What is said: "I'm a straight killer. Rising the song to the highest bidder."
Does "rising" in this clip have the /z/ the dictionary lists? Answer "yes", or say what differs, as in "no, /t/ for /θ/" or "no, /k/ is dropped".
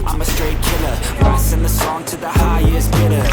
no, /s/ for /z/